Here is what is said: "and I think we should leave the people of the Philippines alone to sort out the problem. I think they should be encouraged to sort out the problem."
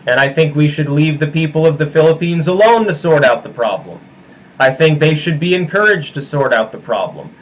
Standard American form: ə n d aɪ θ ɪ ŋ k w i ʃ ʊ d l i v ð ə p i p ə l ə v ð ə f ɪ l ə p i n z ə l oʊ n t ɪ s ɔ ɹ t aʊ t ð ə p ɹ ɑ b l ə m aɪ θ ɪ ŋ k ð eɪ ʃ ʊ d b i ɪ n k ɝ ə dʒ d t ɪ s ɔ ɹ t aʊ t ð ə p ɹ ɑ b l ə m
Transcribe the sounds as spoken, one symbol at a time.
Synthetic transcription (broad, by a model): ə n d aɪ θ ɪ ŋ k w i ʃ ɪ d l i v ð ə p i p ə l ə v ð ə f ɪ l ə p i n z ə l oʊ n t ɪ s ɔ ɹ t aʊ t ð ə p ɹ ɑ b l ə m aɪ θ ɪ ŋ k ð eɪ ʃ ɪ d b i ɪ n k ɝ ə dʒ t ɪ s ɔ ɹ t aʊ t ð ə p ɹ ɑ b l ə m